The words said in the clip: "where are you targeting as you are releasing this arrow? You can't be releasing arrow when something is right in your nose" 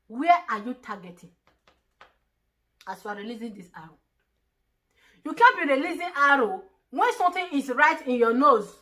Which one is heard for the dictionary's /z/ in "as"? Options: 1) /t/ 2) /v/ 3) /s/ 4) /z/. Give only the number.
3